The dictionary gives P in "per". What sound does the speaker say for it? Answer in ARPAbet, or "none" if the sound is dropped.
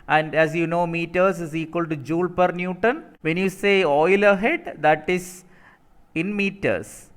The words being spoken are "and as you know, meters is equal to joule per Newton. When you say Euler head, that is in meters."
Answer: P